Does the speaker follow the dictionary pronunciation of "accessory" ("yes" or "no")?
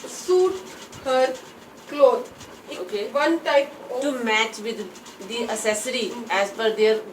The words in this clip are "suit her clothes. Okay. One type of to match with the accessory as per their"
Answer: no